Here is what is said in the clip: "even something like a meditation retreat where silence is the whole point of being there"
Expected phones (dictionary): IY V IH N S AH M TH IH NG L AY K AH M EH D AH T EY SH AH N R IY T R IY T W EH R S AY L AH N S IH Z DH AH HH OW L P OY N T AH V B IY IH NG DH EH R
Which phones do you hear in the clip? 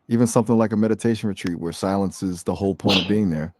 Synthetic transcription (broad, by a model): IY V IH N S AH M TH IH NG L AY K AH M EH D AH T EY SH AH N R IY T R IY T W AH R S AY L AH N S IH Z DH AH HH OW L P OY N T AH V B IY IH NG DH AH R